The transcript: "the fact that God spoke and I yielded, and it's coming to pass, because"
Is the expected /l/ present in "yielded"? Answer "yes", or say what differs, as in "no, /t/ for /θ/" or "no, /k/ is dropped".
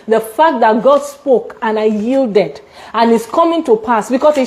yes